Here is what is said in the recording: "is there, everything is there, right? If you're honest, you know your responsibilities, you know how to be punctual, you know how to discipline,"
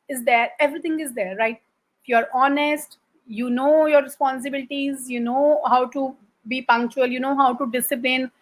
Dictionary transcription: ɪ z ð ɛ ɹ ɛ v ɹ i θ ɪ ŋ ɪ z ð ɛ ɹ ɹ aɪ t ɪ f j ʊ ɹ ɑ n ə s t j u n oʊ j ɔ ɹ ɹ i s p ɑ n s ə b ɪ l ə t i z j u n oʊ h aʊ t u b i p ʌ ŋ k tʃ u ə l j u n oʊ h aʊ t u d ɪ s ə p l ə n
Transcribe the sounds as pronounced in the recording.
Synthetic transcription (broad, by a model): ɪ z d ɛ ɹ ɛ v ɹ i t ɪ ŋ ɪ z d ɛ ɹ ɹ aɪ t ɪ f j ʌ ɹ ɑ n ə s t j u n oʊ j ɔ ɹ ɹ i s p ɑ n s ə b ɪ l ə t i z j u n oʊ h aʊ t u b i p ʌ ŋ k tʃ u ə l j u n oʊ h aʊ t u d ɪ s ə p l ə n